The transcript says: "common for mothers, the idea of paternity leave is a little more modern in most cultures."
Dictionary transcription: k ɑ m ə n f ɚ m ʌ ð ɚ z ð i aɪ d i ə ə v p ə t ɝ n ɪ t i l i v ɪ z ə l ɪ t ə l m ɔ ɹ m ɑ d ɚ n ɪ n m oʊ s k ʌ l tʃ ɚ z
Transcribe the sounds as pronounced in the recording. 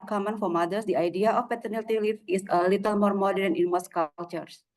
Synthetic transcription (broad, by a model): k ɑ m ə n f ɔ m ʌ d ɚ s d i aɪ d i ə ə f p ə t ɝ n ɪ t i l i f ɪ s ə l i t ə l m ɔ ɹ m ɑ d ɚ n ɪ n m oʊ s k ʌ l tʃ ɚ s